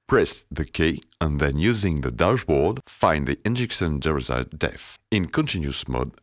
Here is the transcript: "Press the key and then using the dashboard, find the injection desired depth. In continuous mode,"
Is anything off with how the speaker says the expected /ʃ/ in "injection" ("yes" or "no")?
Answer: yes